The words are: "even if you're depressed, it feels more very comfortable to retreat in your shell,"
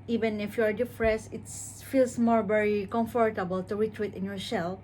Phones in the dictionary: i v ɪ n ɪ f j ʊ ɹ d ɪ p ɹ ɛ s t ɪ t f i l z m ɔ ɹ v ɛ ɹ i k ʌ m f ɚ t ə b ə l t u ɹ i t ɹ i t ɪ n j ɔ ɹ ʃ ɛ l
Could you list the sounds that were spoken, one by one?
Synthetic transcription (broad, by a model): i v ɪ n ɪ f j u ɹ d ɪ f ɹ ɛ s ɪ t f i l s m ɔ ɹ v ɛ ɹ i k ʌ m f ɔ t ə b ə l t u ɹ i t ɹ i t ɪ n j ɔ ɹ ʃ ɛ l